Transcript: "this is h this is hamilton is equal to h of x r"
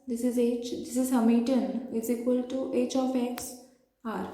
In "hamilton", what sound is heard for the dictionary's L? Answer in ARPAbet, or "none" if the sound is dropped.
none